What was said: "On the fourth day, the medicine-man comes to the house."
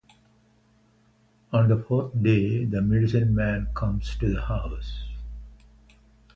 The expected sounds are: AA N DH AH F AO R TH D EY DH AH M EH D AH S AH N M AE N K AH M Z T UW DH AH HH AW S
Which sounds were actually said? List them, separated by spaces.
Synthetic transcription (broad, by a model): AA N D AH F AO R T D EY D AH M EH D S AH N M AE N K AH M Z T UW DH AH HH AW S